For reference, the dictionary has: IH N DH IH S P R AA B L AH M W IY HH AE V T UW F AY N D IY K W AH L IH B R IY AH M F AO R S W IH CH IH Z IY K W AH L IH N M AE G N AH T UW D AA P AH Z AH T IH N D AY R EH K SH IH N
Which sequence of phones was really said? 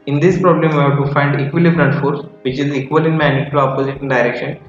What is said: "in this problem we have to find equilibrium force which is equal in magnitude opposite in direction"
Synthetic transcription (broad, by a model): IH N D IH S P R AA B L AH M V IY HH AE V T UW F AY N D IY K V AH L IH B R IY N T F AO R S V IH CH IH Z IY K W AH L IH N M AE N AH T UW AA P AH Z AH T IH N D AY R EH K SH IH N